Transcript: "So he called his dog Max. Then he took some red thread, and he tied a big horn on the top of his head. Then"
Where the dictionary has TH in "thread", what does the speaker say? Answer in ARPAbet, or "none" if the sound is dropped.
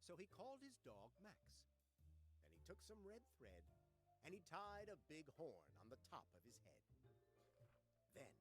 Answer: TH